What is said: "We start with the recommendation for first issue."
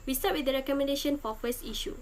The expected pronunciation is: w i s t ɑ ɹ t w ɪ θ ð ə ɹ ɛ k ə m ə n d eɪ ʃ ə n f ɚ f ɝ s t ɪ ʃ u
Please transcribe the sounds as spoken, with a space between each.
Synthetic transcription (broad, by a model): w i s t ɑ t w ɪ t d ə ɹ ɛ k ə m ə n d eɪ ʃ ə n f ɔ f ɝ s i ʃ u